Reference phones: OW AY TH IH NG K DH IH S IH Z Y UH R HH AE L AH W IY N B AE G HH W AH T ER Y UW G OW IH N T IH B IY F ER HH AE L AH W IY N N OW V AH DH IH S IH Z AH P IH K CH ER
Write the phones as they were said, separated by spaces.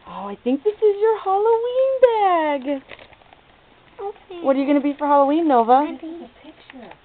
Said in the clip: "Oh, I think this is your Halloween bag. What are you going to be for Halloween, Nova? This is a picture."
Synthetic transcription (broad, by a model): OW AY TH IH NG K DH IH S IH Z Y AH R HH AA L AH W IY N B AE G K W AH T ER Y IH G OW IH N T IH B IY F ER HH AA L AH W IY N N OW AH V AH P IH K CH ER